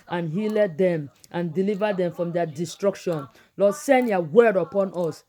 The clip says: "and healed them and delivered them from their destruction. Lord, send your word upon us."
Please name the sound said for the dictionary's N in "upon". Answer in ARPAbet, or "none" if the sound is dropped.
N